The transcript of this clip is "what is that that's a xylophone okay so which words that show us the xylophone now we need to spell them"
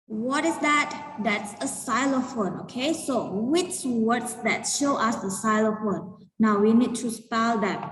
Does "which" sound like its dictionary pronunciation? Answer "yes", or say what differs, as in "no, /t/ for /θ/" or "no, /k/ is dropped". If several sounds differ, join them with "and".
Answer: yes